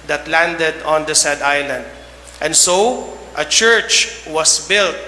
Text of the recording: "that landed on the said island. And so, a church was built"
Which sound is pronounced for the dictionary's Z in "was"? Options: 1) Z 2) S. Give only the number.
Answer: 2